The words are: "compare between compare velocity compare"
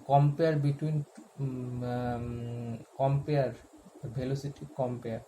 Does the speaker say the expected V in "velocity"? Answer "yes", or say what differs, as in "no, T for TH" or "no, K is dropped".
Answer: no, B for V